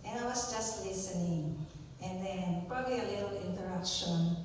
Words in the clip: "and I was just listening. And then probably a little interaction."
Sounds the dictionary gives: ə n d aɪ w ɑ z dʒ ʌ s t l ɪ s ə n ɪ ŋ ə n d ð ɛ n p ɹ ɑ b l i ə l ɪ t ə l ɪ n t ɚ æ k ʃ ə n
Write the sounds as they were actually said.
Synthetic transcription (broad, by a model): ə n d aɪ w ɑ s dʒ ʌ s t l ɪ s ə n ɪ ŋ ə n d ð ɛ n p ɹ ɑ b l i ə l ɪ t ə l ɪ n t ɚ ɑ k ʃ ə n